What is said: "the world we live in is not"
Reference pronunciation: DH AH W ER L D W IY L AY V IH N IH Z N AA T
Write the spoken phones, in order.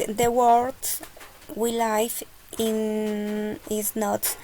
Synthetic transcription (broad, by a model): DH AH W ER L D W IY L AY F IH N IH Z N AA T